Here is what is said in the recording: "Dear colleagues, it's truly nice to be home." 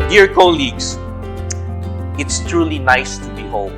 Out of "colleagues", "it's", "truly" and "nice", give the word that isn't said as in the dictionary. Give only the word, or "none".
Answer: colleagues